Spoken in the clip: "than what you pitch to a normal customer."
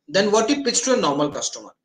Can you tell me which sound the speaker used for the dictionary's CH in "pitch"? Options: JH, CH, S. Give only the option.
S